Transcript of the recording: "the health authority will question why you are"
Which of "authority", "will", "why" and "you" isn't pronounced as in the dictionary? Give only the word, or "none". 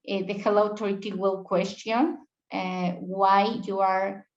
authority